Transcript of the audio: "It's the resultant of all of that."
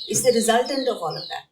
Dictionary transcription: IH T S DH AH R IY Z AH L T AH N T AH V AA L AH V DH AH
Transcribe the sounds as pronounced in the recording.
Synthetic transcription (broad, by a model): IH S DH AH R IY Z AH L T AH N T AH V AA L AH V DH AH